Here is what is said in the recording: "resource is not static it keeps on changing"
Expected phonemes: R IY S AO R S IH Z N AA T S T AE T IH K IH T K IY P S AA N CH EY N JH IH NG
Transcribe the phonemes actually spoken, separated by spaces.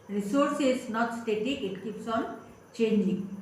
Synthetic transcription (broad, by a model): R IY S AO R S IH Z N AA T S T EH T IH IH T K IY P S AA N CH EY N JH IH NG